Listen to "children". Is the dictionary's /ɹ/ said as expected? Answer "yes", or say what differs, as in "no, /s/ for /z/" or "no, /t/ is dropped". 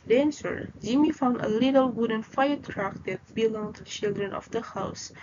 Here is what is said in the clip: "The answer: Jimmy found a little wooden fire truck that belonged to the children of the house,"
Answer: yes